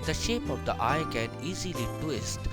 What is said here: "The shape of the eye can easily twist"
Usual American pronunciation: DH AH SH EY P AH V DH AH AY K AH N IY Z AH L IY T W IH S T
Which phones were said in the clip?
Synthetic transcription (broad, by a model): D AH SH EY P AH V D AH AY K AH N IY Z AH L IY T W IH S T